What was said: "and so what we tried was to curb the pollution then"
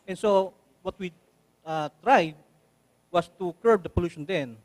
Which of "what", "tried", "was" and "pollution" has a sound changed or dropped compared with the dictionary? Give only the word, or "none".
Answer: was